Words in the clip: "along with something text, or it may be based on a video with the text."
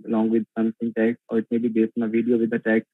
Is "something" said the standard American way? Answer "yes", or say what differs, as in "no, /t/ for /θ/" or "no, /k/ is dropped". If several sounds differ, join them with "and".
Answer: no, /s/ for /θ/